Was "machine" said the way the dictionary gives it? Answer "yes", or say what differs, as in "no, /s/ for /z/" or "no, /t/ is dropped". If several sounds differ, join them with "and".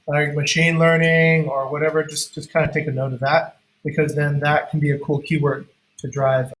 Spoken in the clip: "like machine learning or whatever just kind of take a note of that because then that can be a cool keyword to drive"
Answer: yes